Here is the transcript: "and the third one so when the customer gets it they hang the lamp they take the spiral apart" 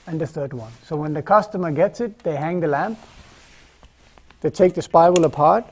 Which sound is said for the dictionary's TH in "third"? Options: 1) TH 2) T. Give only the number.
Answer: 1